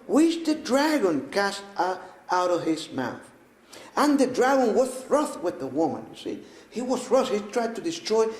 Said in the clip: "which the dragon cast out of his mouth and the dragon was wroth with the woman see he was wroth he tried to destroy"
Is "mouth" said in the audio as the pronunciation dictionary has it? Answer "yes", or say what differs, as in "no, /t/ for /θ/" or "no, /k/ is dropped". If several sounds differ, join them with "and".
yes